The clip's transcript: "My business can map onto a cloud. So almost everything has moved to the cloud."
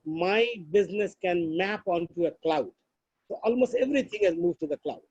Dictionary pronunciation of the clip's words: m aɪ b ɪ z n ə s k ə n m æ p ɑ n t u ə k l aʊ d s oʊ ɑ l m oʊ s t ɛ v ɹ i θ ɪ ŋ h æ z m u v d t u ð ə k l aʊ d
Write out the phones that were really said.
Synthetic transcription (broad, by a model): m aɪ b ɪ z n ə s k ə n m æ p ɑ n t u ə k l aʊ d s oʊ ɑ l m oʊ s t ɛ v ɹ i t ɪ ŋ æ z m u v t u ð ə k l aʊ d